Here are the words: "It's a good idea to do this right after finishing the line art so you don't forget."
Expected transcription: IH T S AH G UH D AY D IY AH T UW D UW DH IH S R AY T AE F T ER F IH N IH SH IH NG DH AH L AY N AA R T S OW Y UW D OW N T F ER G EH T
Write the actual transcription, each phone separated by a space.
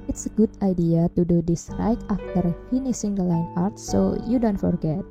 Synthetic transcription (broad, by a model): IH T S AH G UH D AY D IY AH T UW D UW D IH S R AY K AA F T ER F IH N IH S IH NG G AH L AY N AA R T S OW Y UW D OW N T F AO G EH T